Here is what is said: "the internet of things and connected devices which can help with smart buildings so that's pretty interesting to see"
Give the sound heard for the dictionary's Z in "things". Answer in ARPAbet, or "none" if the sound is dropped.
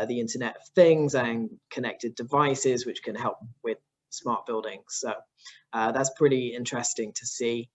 Z